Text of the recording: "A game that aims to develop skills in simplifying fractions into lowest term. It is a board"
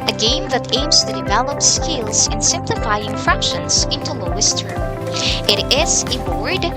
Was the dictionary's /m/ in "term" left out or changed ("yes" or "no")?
yes